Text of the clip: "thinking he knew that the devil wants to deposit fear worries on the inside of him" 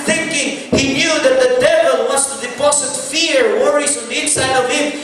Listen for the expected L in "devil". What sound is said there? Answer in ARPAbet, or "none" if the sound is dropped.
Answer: L